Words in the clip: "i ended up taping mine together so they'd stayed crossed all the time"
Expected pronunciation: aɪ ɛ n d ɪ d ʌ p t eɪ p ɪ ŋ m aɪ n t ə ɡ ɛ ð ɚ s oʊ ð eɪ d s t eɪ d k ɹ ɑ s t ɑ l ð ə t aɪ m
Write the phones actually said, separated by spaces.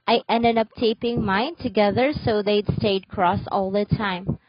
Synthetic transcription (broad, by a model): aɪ ɛ n d ɪ d ʌ p t eɪ p ɪ ŋ m aɪ n t ə ɡ ɛ ð ɚ s oʊ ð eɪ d s t eɪ d k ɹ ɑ s ɑ l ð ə t aɪ m